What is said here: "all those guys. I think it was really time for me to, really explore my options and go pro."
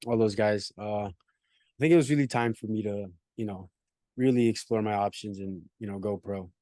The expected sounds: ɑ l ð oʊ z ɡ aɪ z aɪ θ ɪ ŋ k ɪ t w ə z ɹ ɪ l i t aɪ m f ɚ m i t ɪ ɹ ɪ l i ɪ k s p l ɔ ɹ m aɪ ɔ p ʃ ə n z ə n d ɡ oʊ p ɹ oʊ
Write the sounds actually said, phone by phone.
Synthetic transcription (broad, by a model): ɑ l ð oʊ z ɡ aɪ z aɪ θ ɪ ŋ k ɪ t w ə z ɹ ɪ l i t aɪ m f ɚ m i t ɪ ɹ ɪ l i ɪ k s p l ɔ ɹ m aɪ ɔ p ʃ ə n z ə n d ɡ oʊ p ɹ oʊ